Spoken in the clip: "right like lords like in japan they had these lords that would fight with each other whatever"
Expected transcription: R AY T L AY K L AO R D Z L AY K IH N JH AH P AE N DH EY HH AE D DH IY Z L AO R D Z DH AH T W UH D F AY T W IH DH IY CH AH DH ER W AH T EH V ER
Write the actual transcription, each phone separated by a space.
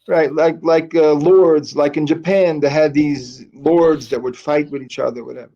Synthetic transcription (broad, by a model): R AY T L AY K L AO R D Z L AY K IH N JH AH P AE N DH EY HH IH D DH IY Z L AO R D Z DH AH T W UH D F AY T W IH DH IY CH AH DH ER W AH T EH V ER